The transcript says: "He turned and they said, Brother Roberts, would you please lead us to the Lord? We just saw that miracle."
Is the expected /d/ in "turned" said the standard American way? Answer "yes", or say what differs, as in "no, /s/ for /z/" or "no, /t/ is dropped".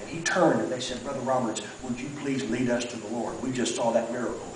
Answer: yes